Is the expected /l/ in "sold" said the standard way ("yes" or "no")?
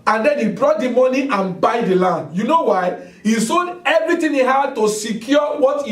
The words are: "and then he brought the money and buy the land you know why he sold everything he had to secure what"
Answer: no